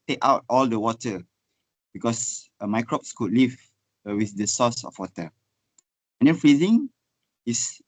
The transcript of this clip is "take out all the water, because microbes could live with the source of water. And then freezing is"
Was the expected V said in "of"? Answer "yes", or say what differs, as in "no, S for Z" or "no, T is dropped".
no, F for V